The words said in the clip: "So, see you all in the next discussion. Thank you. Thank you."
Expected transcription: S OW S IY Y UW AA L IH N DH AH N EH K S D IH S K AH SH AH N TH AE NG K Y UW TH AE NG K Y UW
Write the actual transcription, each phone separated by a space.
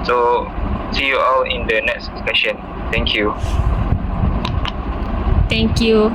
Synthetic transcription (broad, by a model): S OW S IY Y UW AA L IH N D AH N EH K S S EH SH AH N T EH NG K Y UW T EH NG K Y UW